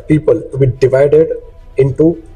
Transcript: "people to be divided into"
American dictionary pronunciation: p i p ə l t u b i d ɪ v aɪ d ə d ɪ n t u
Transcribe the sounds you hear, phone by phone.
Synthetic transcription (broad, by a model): p i p ə l t u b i d ɪ v aɪ d ə d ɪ n t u